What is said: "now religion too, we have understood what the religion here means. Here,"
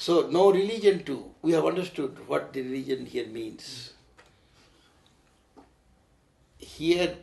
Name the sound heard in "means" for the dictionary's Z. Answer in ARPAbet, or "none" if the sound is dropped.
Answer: S